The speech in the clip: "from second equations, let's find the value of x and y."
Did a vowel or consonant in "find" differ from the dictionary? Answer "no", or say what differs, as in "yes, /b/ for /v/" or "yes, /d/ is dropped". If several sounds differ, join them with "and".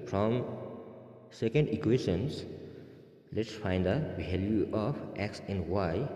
no